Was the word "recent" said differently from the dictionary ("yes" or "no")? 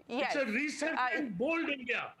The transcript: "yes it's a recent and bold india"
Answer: yes